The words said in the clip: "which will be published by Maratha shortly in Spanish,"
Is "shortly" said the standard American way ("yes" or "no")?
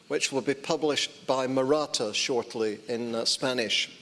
yes